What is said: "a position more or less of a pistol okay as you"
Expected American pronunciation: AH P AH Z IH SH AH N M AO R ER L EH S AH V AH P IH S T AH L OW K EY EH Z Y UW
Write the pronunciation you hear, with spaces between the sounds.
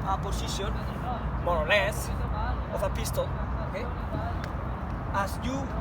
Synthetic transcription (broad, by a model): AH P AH S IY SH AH N M AO R L EH S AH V AH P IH S T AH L OW K EY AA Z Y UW